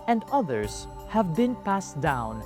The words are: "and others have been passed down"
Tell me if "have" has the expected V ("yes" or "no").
yes